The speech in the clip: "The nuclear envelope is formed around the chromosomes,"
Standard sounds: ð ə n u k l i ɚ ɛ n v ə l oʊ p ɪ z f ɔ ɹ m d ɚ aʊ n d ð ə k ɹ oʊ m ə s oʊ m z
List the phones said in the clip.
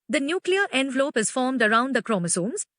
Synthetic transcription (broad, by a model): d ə n u k l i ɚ ɛ n v ə l oʊ p ɪ z f ɔ ɹ m d ɚ aʊ n d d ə k ɹ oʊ m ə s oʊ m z